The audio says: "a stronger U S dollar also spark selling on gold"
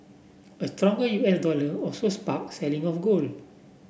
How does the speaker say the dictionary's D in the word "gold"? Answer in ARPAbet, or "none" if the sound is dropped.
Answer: none